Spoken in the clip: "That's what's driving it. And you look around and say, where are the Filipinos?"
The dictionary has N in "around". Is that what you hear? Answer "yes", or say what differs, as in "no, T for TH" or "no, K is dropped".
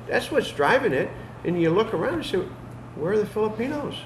no, N is dropped